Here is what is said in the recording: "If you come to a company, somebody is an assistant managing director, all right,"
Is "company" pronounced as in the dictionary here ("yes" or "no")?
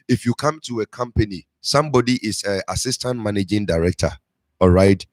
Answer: yes